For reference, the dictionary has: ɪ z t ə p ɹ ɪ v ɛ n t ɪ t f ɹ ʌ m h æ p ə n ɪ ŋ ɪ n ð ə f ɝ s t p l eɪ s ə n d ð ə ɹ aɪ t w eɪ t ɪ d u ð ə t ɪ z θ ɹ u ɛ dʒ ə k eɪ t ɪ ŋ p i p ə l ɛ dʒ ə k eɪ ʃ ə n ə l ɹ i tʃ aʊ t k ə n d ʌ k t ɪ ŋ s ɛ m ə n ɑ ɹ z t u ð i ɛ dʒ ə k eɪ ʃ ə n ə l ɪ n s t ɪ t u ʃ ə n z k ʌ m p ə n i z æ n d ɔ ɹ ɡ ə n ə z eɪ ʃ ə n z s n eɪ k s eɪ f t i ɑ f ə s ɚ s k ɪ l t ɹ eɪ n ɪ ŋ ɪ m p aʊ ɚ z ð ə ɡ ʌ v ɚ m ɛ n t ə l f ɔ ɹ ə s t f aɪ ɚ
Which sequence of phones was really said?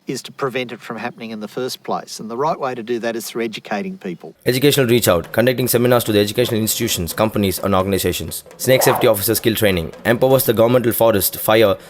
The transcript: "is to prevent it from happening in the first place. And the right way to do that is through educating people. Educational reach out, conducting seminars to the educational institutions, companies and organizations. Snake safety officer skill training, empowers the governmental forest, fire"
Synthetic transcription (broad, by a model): ɪ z t ə p ɹ ɪ v ɛ n t ɪ t f ɹ ʌ m h æ p ə n ɪ ŋ ɪ n ð ə f ɝ s p l eɪ s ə n ð ə ɹ aɪ t w eɪ t ɪ d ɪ ð ə t ɪ z θ ɹ u ɛ dʒ ə k eɪ t ɪ ŋ p i p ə l ɛ dʒ ə k eɪ ʃ ə n ə l ɹ i tʃ aʊ t k ə n d ʌ k t ɪ ŋ s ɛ m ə n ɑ ɹ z t u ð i ɛ dʒ ə k eɪ ʃ ə n ə l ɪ n s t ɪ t u ʃ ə n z k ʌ m p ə n i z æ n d ɔ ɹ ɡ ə n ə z eɪ ʃ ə n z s n eɪ k s eɪ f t i ɑ f ə s ɚ s k ɪ l t ɹ eɪ n ɪ ŋ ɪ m p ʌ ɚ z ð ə ɡ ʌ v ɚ m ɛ n t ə l f ɔ ɹ ə s t f aɪ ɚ